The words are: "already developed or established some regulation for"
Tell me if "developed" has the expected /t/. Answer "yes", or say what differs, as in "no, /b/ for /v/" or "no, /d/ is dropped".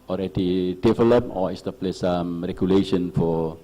no, /t/ is dropped